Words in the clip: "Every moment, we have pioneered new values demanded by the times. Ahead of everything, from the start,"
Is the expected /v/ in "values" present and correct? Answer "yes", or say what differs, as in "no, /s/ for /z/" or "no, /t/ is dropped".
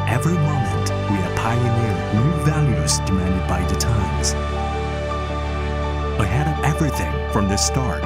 yes